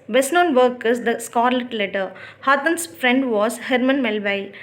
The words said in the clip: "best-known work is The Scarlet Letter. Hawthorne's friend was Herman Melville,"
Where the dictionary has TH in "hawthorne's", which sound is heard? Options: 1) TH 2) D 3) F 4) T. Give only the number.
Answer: 4